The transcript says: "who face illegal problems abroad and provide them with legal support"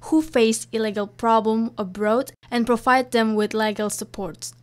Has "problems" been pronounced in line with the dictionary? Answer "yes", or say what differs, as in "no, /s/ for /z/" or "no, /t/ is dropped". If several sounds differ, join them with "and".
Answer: no, /z/ is dropped